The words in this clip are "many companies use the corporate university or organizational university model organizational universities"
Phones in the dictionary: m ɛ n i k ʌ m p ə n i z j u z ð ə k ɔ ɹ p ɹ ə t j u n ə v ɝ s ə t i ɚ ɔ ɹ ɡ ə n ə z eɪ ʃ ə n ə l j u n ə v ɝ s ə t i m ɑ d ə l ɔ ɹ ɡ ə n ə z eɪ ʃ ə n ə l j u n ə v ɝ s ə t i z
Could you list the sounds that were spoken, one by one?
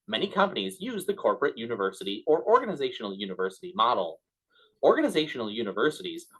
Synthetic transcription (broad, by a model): m ɛ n i k ʌ m p ə n i z j u z ð ə k ɔ ɹ p ɹ ə t j u n ə v ɝ s ə t i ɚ ɔ ɹ ɡ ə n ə z eɪ ʃ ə n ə l j u n ə v ɝ s ə t i m ɑ d l ɔ ɹ ɡ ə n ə z eɪ ʃ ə n l j u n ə v ɝ s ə t i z